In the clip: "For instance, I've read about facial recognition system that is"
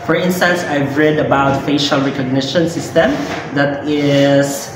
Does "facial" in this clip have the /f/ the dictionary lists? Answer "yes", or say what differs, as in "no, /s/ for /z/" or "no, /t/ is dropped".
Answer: yes